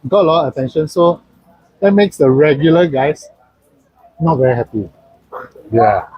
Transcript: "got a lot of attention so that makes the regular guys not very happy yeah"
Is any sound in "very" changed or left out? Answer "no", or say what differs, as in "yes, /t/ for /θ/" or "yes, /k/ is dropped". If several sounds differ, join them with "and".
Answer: no